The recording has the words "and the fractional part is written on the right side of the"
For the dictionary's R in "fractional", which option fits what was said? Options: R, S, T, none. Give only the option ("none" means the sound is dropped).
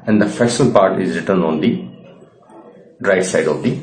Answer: none